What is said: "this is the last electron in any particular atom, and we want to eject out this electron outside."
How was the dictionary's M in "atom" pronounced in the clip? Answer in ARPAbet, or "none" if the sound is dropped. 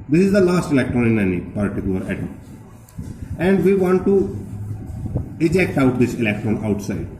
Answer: none